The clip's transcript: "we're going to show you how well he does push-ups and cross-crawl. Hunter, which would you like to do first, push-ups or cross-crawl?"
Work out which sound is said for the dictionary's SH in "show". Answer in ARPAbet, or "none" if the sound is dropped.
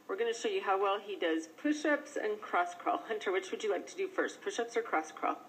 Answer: SH